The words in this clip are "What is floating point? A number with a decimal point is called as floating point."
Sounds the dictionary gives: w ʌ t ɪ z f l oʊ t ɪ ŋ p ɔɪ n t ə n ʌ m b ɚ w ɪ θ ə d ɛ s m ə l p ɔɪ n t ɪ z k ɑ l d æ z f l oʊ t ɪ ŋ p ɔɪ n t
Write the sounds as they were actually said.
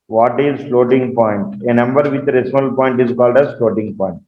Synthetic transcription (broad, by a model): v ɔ t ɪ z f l oʊ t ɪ ŋ p ɔɪ n t ə n ʌ m b ɚ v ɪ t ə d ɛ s ə l p ɔɪ n t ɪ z k ɑ l d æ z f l oʊ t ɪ ŋ p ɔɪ n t